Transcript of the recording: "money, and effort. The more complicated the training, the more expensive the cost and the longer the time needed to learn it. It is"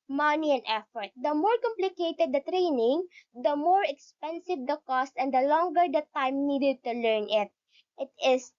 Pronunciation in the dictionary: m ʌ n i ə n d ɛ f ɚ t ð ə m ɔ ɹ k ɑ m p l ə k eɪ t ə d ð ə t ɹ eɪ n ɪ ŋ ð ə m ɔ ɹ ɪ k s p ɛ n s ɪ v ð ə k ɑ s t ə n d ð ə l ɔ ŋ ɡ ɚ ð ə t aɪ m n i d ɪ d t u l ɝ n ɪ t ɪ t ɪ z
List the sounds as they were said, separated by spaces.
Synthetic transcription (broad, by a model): m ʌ n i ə n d ɛ f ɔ t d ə m ɔ ɹ k ɑ m p l ə k eɪ t ə d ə t ɹ eɪ n ɪ ŋ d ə m ɔ ɹ ɪ k s p ɛ n s ɪ v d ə k ɑ s t ə n d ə l ɔ ŋ ɡ ɚ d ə t aɪ m n i d ɪ d t u l ɝ n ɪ t ɪ t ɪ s